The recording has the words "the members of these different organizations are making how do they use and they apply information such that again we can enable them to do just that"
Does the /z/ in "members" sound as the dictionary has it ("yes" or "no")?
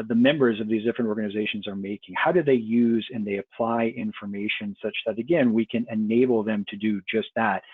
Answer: yes